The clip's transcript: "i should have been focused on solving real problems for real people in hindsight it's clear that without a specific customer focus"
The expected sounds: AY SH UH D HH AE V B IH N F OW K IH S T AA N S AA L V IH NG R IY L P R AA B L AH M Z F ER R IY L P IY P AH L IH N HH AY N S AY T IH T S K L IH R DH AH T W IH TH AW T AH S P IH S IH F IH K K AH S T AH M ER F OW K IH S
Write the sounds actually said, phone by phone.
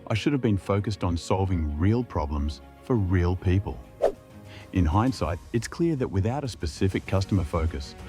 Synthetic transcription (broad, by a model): AY SH UH D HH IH V B IH N F OW K IH S T N S AA L V IH NG R IY L P R AA B L AH M Z F ER R IY L P IY P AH L IH N HH AY N S AY T IH T S K L IH R DH AH T W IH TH AW T AH S P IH S IH F IH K K AH S T AH M ER F OW K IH S